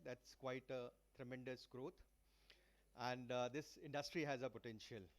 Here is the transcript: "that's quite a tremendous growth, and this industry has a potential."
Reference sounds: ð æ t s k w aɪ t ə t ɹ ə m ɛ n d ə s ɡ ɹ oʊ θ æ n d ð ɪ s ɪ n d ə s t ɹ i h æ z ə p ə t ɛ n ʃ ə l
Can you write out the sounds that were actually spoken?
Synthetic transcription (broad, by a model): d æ t s k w aɪ t ə t ɹ ə m ɛ n d ə s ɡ ɹ oʊ t æ n d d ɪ s ɪ n d ə s t ɹ i h æ z ə p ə t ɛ n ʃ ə l